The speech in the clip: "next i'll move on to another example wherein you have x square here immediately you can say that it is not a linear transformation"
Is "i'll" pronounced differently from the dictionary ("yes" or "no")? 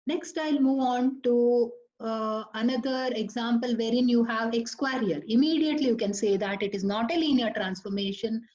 no